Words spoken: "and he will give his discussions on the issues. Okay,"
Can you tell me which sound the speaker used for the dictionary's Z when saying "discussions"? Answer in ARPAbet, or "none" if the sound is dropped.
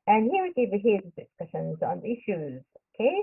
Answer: Z